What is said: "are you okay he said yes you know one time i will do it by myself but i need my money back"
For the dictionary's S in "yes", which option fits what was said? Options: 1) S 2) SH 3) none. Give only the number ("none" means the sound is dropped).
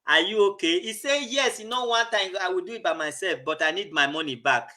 1